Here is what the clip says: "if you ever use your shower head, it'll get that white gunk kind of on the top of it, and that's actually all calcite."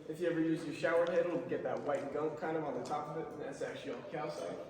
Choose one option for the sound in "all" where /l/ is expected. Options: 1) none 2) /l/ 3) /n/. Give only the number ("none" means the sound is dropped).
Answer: 3